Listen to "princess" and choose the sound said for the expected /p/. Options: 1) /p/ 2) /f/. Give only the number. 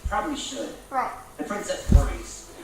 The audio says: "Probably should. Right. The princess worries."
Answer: 2